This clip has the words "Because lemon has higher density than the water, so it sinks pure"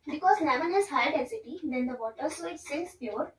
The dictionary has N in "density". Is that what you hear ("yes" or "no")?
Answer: no